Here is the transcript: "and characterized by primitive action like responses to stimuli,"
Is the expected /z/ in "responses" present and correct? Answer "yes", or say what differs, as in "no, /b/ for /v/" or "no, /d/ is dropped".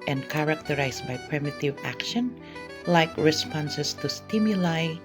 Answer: no, /s/ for /z/